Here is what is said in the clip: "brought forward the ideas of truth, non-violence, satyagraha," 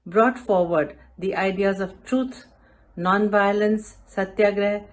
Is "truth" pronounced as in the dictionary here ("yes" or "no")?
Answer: no